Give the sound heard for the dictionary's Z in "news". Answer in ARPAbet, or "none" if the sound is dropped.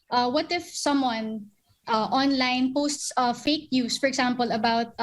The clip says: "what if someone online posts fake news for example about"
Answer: S